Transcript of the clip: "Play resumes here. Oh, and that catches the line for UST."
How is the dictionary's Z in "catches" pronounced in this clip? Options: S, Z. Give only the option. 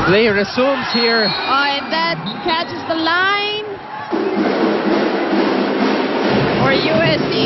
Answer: Z